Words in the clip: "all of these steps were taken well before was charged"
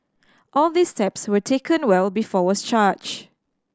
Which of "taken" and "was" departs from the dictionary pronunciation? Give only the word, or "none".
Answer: was